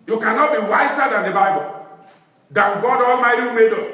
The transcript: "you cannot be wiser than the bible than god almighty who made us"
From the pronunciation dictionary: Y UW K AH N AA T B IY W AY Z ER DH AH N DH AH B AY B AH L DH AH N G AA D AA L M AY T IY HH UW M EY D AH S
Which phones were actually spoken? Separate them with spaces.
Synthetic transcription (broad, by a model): Y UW K AH N AA T B IY W AY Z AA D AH N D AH B AY B AH L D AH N G AA D AA L M AY T IY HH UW M EY D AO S